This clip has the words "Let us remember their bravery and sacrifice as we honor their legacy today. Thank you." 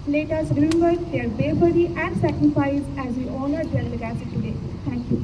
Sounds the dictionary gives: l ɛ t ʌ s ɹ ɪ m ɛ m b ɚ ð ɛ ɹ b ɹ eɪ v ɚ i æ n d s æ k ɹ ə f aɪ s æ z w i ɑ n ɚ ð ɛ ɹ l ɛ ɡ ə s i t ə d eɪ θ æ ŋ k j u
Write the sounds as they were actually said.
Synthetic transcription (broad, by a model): l ɛ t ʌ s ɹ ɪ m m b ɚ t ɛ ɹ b eɪ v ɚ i æ n d s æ k ɹ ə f aɪ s æ z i ɑ n ɚ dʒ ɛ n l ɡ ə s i t ə d eɪ t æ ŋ k j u